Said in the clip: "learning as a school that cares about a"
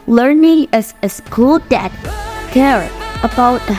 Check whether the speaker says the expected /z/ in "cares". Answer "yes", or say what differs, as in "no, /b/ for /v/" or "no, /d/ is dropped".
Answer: no, /z/ is dropped